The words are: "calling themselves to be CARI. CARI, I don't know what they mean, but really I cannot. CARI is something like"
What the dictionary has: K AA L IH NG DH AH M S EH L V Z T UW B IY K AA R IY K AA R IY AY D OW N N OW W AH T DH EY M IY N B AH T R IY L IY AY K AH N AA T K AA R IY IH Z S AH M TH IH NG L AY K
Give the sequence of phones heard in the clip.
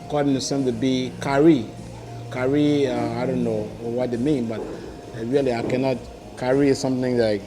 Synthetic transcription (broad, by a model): K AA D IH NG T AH S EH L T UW B IY K AA R IY K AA R IY AY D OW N N OW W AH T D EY M IY N B AH T R IY L IY AY K AH N AA T K AA R IY S AH M TH IH NG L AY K